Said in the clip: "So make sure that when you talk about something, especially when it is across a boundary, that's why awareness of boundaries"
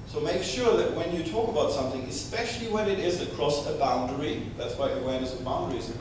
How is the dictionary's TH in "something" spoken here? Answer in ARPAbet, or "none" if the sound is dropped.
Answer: TH